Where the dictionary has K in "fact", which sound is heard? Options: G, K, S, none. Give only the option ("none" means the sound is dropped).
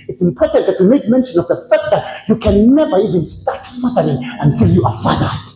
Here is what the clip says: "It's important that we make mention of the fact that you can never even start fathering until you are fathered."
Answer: K